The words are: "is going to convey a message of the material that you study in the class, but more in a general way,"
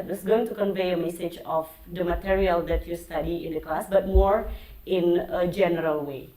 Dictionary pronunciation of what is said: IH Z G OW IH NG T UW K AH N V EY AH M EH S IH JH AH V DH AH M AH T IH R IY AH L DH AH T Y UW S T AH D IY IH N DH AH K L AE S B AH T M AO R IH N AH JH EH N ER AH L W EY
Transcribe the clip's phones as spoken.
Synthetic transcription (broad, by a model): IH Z G OW IH NG T UW K AH N V EY AH M EH S IH JH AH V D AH M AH T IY R IY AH L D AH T Y UW S T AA D IY IH N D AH K L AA S B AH T M AO R IH N AH JH EH N ER AH L W EY